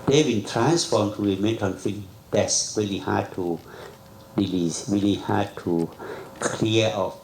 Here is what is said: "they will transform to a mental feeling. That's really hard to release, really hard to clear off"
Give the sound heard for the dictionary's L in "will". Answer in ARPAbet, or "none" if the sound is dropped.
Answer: N